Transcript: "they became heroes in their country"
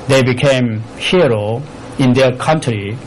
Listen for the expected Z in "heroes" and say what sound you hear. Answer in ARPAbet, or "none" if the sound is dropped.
none